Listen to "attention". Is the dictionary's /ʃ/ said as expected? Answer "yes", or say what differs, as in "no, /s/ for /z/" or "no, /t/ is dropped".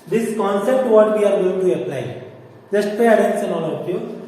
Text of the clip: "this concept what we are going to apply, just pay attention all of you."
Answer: no, /s/ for /ʃ/